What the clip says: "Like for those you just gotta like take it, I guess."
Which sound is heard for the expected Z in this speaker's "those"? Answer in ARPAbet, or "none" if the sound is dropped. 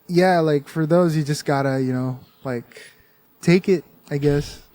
Z